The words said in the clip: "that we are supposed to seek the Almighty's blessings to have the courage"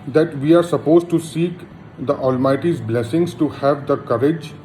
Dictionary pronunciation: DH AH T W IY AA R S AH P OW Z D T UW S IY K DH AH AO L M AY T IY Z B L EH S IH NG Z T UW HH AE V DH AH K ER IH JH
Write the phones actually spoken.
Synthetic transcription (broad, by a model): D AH T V IY AA R S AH P OW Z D T UW S IY K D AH AO L M AY T IY Z B L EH S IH NG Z T UW HH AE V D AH K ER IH JH